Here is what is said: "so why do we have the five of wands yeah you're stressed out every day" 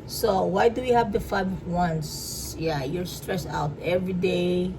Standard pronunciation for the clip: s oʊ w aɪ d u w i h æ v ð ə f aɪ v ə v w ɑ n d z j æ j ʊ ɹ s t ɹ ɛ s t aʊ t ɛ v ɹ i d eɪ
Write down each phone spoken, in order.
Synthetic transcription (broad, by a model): s oʊ w aɪ d u w i h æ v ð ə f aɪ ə b w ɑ n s j æ j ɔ ɹ s t ɹ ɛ s aʊ t ɛ v ɹ i d eɪ